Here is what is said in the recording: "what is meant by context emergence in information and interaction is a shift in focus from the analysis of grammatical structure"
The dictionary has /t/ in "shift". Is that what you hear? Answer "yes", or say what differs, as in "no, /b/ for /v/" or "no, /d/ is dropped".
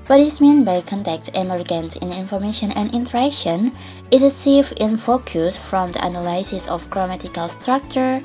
no, /t/ is dropped